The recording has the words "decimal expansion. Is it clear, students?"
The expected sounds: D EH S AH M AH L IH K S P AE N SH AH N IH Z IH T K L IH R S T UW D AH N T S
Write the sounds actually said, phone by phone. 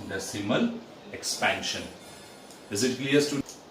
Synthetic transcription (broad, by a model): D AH S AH M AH L IH K S P AE N SH AH N IH Z IH T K L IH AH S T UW